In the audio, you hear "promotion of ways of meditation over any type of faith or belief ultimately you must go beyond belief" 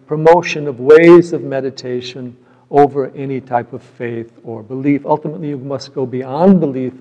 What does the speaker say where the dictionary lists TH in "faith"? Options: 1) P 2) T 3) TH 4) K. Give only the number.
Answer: 3